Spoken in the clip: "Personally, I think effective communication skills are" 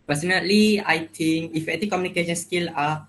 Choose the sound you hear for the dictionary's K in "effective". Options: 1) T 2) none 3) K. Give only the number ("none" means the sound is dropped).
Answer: 2